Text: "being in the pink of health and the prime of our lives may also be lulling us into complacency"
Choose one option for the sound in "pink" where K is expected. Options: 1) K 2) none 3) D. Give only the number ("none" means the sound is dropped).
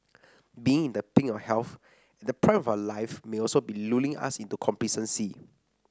2